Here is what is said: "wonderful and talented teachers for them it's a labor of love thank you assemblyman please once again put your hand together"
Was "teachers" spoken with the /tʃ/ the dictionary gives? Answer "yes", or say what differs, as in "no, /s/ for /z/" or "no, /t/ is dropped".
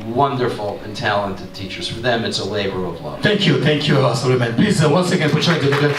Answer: yes